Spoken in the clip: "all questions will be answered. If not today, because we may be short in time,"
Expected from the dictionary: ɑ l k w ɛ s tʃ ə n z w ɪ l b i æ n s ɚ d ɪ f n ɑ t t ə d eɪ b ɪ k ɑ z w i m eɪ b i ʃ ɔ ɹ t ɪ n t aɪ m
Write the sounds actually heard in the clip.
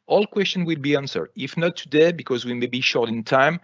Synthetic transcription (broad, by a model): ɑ l k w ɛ s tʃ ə n w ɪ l b i æ n s ɚ d ɪ f n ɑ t t ə d eɪ b ɪ k ɑ z w i m eɪ b i ʃ ɔ ɹ t ɪ n t aɪ m